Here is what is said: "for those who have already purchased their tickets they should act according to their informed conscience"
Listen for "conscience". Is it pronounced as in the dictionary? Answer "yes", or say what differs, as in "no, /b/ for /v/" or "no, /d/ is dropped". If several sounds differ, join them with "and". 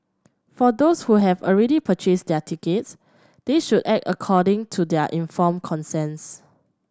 no, /s/ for /ʃ/